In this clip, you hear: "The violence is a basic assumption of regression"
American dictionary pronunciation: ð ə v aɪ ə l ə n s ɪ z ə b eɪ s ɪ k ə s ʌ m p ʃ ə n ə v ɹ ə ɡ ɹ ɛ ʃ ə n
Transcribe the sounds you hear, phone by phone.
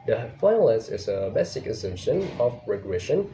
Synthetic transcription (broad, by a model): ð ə f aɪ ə l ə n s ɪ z ə b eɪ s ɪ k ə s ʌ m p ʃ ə n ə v ɹ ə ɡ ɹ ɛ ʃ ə n